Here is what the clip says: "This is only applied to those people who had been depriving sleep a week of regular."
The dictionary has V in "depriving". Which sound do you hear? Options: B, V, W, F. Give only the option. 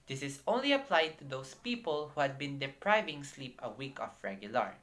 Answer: V